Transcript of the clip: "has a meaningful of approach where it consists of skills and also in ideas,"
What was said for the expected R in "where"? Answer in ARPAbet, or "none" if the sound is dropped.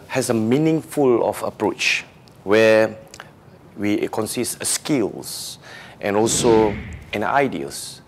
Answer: W